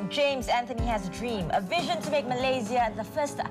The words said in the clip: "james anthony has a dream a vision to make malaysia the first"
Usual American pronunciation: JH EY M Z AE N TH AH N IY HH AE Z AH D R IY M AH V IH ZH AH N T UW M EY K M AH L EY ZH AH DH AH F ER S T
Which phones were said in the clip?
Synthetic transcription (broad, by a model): JH EY M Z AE N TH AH N IY HH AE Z AH D R IY M AH V IH ZH AH N T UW M EY K M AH L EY Z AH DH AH F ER S T